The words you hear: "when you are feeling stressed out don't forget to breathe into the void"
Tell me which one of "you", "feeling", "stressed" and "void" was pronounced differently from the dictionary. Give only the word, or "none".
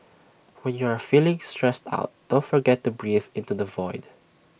none